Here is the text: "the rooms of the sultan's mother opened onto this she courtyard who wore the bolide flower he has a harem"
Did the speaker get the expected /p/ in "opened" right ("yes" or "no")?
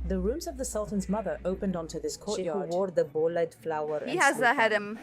yes